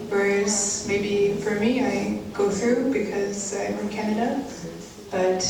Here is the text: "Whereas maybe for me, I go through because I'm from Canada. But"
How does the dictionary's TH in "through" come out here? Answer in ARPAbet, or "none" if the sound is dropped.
TH